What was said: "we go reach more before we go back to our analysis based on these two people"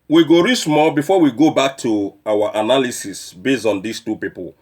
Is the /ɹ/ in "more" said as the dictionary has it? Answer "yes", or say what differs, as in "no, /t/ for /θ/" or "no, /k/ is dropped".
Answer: no, /l/ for /ɹ/